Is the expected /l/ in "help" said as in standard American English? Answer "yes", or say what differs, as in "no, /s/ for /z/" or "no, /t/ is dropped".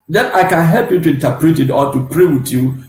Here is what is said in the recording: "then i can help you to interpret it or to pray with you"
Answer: yes